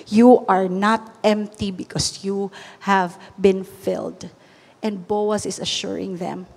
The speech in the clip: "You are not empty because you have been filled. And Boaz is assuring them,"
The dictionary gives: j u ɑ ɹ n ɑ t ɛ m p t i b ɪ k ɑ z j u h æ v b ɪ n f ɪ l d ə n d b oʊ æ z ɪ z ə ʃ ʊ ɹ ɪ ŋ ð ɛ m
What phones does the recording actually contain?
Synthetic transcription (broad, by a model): j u ɑ ɹ n ɑ t ɛ m p t i b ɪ k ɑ s j u h æ v b ɪ n f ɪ l d ə n d b oʊ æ s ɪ s ə ʃ ʊ ɹ ɪ ŋ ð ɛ m